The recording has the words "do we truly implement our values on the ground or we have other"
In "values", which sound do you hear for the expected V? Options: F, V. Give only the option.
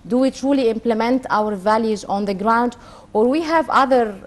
V